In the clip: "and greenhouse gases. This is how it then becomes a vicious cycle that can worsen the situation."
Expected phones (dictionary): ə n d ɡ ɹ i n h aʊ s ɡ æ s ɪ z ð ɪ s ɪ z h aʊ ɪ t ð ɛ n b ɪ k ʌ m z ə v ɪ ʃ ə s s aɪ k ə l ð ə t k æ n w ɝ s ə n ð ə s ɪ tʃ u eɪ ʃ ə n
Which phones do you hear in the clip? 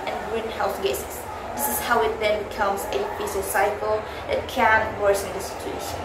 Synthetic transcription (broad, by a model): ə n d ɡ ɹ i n h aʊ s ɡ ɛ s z ð ɪ s ɪ z h aʊ ɪ t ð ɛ n b ɪ k ʌ m z ə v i s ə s s aɪ k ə l ð ə t k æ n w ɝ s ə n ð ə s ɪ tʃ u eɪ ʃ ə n